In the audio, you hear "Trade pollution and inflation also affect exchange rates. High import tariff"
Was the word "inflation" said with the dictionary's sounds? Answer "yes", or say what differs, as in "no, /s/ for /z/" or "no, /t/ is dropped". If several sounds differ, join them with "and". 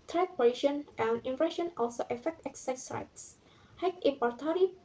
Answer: no, /l/ is dropped